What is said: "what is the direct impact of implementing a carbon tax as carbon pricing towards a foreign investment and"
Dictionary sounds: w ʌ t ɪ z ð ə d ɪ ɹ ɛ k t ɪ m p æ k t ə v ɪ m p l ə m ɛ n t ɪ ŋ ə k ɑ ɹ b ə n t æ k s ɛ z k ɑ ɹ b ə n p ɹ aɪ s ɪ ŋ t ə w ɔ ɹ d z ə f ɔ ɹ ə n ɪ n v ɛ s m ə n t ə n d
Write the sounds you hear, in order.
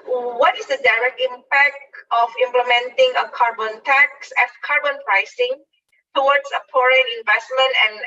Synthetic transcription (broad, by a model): w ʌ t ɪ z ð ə d ɪ ɹ ɛ k t ɪ m p æ k t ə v ɪ m p l ə m ɛ n t ɪ ŋ ə k ɑ ɹ b ə n t æ k s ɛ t k ɑ ɹ b ə n p ɹ aɪ s ɪ ŋ t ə w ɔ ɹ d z ə p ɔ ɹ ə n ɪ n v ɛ s m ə n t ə n